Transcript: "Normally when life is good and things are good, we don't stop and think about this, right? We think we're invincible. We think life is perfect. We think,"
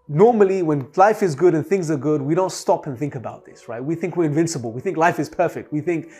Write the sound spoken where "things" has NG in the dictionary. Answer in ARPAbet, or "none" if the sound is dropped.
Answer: NG